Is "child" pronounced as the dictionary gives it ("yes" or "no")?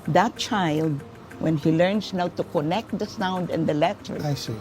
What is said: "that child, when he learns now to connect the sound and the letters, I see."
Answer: yes